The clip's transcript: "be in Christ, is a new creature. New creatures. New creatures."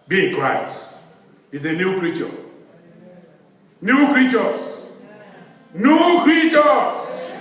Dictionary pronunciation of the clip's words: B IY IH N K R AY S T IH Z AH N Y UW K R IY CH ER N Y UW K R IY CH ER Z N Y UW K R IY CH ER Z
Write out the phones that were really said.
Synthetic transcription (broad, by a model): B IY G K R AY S IH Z AH N Y UW K R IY CH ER N Y UW K R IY CH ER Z N Y UW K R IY CH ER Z